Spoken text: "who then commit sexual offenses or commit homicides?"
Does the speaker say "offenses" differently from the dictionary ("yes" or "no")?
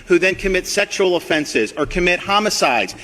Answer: no